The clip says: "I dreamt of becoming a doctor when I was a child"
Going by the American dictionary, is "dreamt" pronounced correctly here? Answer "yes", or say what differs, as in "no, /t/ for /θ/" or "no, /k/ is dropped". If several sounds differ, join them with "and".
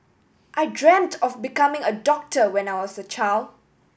yes